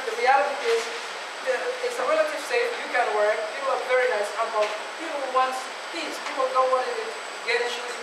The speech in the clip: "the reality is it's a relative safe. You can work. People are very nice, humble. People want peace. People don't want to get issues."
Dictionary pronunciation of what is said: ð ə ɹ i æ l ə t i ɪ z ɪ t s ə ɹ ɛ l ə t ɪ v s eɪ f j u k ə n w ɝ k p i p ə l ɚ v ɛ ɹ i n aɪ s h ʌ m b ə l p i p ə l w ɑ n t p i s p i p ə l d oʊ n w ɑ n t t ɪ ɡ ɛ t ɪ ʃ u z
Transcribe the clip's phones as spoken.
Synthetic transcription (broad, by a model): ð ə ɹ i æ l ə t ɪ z ɪ t s ə ɹ ɛ l ə t ɪ v s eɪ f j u k ə n w ɝ k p i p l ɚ v ɛ ɹ i n aɪ s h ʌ b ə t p i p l w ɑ n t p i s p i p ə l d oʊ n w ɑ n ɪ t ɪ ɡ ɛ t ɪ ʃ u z